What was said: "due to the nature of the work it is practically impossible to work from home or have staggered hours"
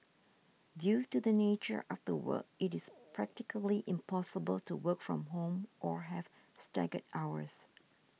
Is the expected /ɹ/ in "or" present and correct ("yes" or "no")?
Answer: yes